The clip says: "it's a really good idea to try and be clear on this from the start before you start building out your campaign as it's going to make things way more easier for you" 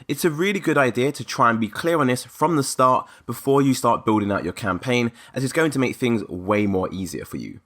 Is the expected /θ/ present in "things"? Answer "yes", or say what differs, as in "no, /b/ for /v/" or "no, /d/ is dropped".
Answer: yes